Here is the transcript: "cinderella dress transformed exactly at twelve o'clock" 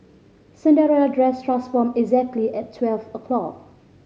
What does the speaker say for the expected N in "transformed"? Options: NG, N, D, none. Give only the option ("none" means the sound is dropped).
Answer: none